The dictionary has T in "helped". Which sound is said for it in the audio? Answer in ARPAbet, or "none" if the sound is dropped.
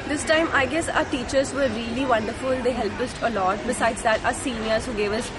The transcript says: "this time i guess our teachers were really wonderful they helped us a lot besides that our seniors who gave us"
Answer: none